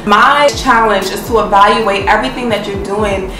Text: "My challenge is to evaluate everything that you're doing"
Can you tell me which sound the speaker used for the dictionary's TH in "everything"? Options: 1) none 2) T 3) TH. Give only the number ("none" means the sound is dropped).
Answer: 3